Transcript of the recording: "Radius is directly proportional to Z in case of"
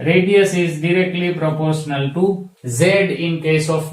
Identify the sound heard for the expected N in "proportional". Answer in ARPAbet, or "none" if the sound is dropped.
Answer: N